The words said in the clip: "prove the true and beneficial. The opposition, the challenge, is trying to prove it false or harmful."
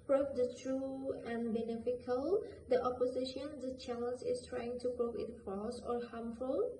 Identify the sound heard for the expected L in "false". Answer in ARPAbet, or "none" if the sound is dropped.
none